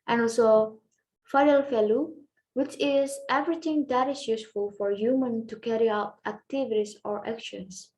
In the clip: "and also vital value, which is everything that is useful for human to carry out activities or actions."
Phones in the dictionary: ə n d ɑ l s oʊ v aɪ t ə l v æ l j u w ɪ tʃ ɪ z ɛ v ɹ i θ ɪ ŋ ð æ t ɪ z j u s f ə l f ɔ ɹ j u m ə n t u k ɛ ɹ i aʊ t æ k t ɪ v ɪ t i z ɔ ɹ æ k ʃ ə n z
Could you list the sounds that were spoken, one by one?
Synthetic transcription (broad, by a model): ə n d ɑ l s oʊ f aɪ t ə l f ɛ l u w ɪ tʃ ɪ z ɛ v ɹ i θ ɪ ŋ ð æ t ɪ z j u s f ə l f ɔ ɹ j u m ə n t u k ɛ ɹ i aʊ t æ k t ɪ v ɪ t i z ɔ ɹ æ k ʃ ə n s